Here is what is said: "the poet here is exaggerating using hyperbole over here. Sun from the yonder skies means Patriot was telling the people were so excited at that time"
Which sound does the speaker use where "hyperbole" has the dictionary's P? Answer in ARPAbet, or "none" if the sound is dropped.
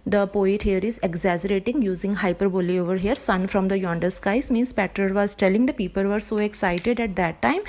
P